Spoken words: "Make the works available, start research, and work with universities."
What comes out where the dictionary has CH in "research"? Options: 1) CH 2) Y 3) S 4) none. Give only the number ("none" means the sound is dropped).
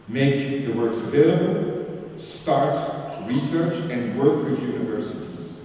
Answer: 1